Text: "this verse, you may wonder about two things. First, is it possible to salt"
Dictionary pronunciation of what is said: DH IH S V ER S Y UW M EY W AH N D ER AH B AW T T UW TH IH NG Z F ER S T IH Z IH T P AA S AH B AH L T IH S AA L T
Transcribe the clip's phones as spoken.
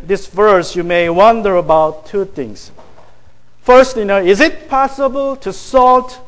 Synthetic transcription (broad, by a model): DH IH S V ER S Y UW M EY W AH N D ER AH B AW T T UW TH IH NG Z F ER S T IH Z IH T P AA S AH B AH L T IH S AA L T